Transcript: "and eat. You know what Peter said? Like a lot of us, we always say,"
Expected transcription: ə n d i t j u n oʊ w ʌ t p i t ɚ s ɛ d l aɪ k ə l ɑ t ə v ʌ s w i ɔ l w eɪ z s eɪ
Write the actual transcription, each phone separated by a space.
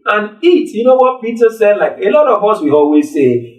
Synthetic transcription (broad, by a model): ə n i t j u n oʊ w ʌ t p i t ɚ s ɛ d l aɪ k ə l ɑ t ə v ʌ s w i ɔ l w eɪ z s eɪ